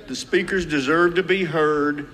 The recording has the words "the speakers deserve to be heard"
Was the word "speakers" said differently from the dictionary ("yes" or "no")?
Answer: no